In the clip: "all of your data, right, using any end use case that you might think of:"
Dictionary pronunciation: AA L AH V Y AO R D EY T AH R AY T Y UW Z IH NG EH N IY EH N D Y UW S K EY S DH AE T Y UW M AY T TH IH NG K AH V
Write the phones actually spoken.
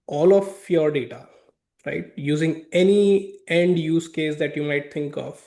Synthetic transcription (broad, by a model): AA L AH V Y AO R D EY T AH R AY T Y UW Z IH NG EH N IY EH N D Y UW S K EY S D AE T Y UW M AY T T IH NG K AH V